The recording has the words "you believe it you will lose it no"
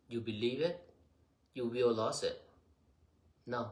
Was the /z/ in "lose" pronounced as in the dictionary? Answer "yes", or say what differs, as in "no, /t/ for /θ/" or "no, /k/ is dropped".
no, /s/ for /z/